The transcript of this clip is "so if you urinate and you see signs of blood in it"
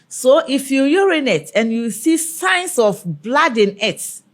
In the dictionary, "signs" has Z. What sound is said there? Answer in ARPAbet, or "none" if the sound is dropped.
S